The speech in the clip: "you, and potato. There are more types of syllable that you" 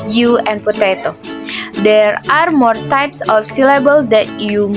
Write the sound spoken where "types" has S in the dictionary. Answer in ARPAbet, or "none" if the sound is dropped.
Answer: S